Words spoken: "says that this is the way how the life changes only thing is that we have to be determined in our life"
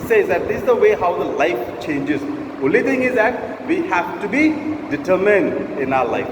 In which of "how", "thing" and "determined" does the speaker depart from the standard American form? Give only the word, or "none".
thing